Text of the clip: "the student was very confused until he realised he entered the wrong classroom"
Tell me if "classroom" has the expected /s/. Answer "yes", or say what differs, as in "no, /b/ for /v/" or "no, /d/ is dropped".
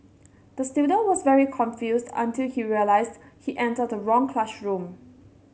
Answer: no, /ʃ/ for /s/